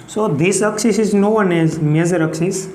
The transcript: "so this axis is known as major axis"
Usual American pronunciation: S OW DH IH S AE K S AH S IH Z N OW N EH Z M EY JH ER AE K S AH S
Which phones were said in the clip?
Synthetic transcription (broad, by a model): S OW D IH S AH K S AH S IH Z N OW N EH Z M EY Z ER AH K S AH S